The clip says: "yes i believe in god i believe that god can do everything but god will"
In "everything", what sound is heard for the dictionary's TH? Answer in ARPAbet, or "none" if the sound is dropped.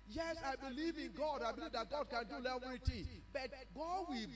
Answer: T